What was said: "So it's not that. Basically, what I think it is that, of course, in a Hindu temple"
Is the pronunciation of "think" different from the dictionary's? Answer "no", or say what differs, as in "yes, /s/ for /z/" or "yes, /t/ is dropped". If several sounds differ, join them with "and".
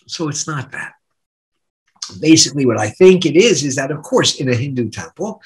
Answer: no